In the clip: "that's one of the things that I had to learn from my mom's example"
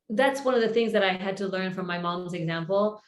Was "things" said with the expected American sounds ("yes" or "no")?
yes